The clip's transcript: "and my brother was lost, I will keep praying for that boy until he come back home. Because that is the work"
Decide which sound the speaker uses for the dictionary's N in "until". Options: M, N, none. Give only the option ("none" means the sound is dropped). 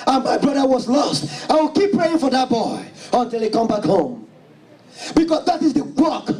N